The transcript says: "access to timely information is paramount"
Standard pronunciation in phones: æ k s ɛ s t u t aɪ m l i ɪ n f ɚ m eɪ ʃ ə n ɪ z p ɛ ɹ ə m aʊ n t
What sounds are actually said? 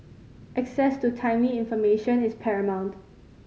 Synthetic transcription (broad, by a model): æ k s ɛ s t u t aɪ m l i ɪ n f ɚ m eɪ ʃ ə n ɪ s p ɛ ɹ ə m aʊ n t